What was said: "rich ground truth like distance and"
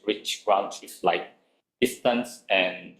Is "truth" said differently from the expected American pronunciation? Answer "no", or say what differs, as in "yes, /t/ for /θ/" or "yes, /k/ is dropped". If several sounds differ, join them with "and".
yes, /s/ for /θ/